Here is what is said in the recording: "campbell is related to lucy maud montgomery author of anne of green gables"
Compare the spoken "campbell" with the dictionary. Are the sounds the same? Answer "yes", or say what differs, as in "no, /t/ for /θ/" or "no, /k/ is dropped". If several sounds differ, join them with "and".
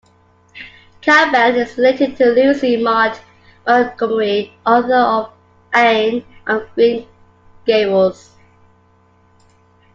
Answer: no, /m/ is dropped